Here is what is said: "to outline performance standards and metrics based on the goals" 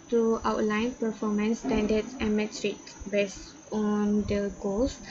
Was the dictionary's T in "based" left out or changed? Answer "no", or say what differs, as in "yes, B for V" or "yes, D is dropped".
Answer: yes, T is dropped